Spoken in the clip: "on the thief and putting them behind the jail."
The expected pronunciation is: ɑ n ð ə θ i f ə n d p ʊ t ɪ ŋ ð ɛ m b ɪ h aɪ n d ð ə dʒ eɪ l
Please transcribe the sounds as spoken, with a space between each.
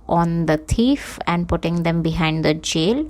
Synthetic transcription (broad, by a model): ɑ n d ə t i f ə n d p ʊ t ɪ ŋ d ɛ m b ɪ h aɪ n d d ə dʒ eɪ l